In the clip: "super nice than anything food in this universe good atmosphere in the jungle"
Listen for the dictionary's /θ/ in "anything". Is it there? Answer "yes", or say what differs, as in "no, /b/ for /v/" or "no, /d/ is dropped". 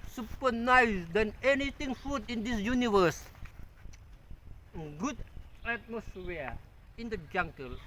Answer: no, /t/ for /θ/